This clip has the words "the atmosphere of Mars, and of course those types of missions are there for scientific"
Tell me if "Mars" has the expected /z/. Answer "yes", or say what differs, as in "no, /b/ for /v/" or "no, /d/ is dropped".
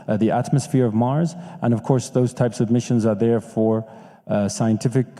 yes